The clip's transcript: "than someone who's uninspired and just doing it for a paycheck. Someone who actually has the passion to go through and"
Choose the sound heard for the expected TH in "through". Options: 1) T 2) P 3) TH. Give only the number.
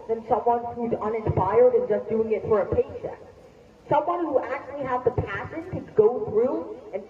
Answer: 3